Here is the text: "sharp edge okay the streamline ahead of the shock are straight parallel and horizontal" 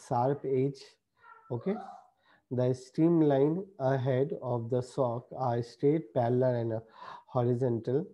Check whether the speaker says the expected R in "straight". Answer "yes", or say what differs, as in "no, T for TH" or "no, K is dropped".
no, R is dropped